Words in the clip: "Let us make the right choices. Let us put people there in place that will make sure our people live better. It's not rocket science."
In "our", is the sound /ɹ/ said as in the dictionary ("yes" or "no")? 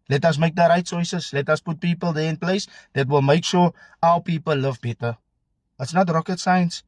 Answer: no